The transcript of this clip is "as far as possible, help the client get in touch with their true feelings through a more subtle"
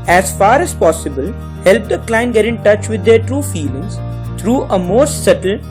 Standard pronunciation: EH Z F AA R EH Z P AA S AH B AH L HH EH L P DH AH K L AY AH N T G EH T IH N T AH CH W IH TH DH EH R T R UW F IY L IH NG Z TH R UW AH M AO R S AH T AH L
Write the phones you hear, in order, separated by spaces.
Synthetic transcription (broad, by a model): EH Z F AA R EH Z P AA S AH B AH L HH EH L P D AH K L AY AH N G EH T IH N T AH CH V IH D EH R T R UW F IY L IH NG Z T R UW AH M AO R S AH T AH L